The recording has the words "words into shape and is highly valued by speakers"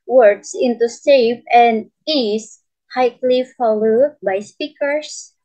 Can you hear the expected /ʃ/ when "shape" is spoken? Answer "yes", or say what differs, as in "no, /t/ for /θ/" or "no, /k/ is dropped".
no, /s/ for /ʃ/